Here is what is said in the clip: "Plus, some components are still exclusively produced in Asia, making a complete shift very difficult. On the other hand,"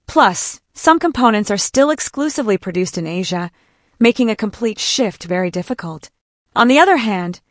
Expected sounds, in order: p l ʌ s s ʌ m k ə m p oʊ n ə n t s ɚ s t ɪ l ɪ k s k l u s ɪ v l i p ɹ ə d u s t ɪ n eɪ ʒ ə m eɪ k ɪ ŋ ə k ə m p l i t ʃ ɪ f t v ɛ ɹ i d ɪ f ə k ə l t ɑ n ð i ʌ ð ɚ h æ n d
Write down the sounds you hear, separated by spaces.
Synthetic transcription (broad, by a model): p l ʌ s s ʌ m k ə m p oʊ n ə n t s ɚ s t ɪ l ɪ k s k l u s ɪ v l i p ɹ ə d u s t ɪ n eɪ ʒ ə m eɪ k ɪ ŋ ə k ə m p l i t ʃ ɪ f t v ɛ ɹ i d ɪ f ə k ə l t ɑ n ð i ʌ ð ɚ h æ n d